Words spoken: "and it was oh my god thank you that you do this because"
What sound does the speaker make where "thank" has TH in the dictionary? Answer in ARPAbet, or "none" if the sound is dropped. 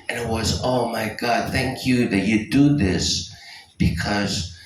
TH